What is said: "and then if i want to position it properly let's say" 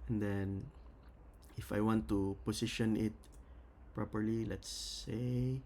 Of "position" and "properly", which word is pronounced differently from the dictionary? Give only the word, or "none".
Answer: position